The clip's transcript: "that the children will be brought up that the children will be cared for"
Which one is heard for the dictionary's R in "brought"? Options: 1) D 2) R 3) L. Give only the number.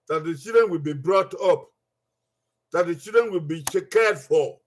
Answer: 2